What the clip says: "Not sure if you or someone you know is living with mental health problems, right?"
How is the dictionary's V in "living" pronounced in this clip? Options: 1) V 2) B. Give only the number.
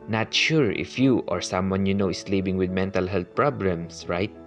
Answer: 2